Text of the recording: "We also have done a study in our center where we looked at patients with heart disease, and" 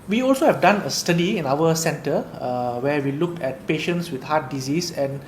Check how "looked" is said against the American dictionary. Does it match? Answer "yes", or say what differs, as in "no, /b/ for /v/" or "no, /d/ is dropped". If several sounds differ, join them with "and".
no, /t/ is dropped